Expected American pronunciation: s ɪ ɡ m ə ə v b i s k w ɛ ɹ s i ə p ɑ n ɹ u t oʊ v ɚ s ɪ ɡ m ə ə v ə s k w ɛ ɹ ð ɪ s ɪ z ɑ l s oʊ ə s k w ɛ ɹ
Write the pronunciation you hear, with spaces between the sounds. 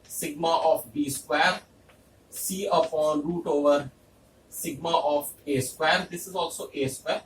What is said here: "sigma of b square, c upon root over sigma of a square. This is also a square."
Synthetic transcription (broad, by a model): s ɪ ɡ m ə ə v b i s k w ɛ ɹ s i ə f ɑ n ɹ u t oʊ v ɚ s ɪ ɡ m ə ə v ə s k w ɛ ɹ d ɪ s ɪ z ɑ l s oʊ ə s k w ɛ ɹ